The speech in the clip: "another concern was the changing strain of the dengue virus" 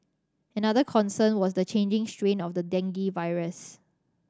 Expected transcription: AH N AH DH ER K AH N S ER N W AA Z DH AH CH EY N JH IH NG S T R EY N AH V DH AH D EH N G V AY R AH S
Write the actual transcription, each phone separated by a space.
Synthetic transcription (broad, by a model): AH N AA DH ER K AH N S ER N W AA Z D AH CH EY N JH IH NG S T R EY N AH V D AH D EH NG G V AY R AH S